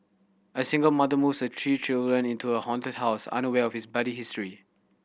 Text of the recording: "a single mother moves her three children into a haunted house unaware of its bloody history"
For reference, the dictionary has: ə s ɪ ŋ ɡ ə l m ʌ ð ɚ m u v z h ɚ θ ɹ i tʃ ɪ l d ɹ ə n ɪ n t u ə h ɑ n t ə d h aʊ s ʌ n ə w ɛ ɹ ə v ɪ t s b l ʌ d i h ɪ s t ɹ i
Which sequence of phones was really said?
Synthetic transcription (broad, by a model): ə s ɪ ŋ ɡ ə l m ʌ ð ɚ m u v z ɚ t ɹ i tʃ ɪ l d ɹ ə n ɪ n t u ə h ɑ n t ə d h aʊ s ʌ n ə w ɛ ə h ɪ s b ʌ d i h ɪ s t ɹ i